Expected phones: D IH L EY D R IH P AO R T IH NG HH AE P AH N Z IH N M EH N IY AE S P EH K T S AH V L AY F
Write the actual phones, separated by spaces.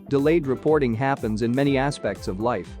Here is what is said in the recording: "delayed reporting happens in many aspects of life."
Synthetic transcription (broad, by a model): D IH L EY D R IH P AO R T IH NG HH AE P AH N Z IH N M EH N IY AE S P EH K T S AH V L AY F